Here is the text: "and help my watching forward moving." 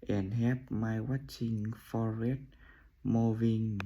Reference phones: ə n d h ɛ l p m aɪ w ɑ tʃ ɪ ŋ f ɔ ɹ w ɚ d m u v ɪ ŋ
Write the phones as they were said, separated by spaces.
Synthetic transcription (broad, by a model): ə n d h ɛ p m aɪ w ɑ tʃ ɪ ŋ f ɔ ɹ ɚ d m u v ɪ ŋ